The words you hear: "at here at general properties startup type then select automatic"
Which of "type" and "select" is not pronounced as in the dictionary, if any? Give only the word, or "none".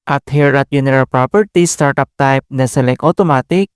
select